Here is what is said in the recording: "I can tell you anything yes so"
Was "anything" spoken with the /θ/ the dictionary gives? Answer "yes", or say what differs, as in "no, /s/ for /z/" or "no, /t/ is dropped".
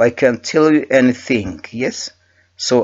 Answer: yes